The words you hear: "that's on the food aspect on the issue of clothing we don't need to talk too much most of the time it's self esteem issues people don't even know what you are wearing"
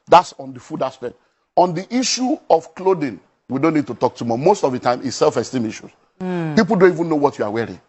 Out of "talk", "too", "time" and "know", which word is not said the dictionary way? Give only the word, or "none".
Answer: none